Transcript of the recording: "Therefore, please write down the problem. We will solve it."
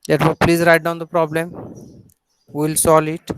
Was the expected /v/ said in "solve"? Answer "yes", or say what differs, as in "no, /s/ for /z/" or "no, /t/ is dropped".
no, /v/ is dropped